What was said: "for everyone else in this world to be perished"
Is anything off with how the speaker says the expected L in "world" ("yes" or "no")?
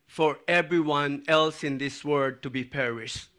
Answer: yes